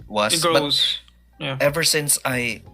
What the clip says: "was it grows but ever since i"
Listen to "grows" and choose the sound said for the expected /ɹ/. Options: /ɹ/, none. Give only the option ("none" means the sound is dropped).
none